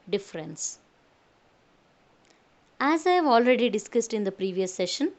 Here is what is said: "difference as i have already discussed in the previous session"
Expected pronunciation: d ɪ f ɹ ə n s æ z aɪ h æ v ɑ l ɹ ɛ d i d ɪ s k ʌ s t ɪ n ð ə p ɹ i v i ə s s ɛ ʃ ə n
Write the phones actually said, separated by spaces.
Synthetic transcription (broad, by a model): d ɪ f ɹ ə n s æ z aɪ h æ v ɑ l ɹ ɛ d i d ɪ s k ʌ s t ɪ n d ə p ɹ i v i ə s s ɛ ʃ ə n